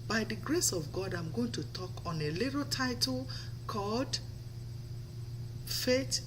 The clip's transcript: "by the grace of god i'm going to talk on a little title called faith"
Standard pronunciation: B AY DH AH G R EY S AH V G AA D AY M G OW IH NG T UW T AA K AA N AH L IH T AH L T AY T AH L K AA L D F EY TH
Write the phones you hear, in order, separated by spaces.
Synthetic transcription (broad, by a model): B AY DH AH G R EY S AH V G AA D AY M G OW IH NG T UW T AA K AA N AH L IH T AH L T AY T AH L K AA L D F EY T